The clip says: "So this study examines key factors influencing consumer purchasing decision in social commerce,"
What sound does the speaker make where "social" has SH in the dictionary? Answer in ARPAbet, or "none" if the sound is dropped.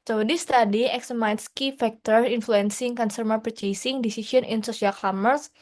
S